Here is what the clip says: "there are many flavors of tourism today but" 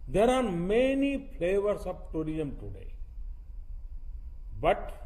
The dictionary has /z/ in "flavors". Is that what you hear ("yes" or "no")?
no